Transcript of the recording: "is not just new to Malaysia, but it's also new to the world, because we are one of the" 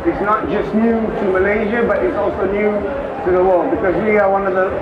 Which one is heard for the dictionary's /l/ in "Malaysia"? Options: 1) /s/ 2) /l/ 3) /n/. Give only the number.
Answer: 2